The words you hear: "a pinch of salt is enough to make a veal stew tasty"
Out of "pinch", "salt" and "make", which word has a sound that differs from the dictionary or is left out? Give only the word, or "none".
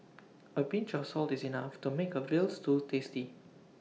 pinch